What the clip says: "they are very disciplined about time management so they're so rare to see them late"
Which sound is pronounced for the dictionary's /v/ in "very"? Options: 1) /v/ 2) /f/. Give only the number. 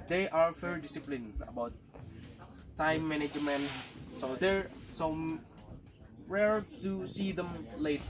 2